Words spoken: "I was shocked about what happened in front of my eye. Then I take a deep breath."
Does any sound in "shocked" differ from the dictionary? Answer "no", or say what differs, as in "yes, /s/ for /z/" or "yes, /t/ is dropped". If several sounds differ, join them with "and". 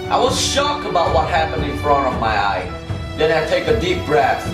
yes, /t/ is dropped